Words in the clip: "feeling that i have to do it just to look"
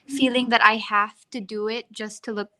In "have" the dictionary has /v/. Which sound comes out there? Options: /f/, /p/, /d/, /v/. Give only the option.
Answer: /f/